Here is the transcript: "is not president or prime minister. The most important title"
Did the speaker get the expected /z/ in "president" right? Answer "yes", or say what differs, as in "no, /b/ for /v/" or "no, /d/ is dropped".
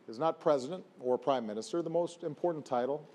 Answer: yes